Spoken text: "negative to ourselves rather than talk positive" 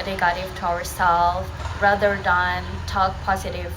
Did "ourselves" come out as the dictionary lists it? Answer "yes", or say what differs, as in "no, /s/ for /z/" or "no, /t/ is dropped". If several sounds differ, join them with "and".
no, /z/ is dropped